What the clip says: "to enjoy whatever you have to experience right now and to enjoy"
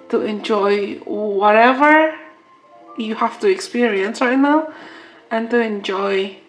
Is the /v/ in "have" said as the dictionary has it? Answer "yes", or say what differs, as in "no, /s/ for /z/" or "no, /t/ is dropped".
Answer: no, /f/ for /v/